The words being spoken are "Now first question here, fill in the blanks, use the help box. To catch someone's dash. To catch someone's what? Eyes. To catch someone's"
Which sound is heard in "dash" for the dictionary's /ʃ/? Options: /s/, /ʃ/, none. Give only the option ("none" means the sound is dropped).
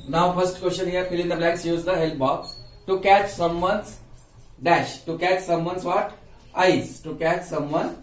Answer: /ʃ/